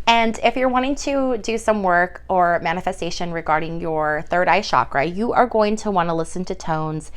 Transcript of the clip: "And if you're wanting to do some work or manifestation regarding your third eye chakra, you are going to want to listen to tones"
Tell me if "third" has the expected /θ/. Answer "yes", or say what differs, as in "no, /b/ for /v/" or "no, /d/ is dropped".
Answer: yes